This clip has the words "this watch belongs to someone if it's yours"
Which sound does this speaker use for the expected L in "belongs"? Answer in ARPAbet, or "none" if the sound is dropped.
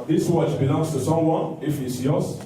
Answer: N